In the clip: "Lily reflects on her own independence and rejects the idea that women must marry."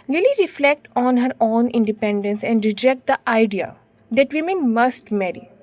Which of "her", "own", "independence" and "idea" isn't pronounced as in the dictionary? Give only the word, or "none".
none